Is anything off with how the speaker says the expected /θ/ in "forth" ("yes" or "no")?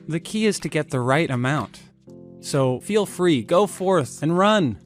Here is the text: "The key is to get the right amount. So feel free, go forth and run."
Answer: no